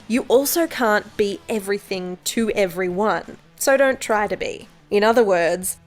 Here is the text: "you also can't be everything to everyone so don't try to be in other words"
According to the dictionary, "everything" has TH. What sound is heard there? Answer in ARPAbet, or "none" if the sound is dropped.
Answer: TH